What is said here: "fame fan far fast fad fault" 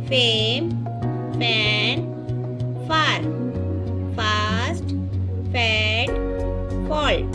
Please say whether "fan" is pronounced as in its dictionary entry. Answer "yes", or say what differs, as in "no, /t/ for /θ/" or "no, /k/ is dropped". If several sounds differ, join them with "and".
no, /p/ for /f/